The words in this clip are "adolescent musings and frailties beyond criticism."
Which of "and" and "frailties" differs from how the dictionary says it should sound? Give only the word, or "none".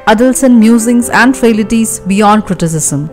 frailties